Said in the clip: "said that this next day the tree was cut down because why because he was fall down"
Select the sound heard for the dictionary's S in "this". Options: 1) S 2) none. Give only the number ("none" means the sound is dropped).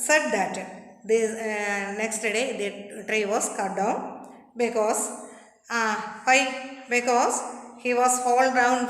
2